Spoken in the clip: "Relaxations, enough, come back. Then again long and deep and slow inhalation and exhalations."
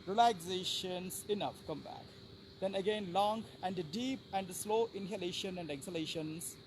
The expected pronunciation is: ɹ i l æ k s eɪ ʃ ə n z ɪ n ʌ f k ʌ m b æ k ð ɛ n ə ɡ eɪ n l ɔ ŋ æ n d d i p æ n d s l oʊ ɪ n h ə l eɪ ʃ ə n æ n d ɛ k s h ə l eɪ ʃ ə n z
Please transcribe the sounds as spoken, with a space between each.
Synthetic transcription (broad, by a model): ɹ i l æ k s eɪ ʃ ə n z ɪ n ʌ f k ʌ m b æ k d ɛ n ə ɡ eɪ n l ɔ ŋ æ n d d i p æ n d s l oʊ ɪ n h ə l eɪ ʃ ə n æ n d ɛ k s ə l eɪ ʃ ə n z